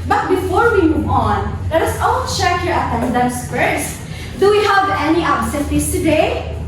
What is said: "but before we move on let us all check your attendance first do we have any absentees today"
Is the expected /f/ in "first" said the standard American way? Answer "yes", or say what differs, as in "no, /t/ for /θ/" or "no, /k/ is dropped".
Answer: no, /p/ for /f/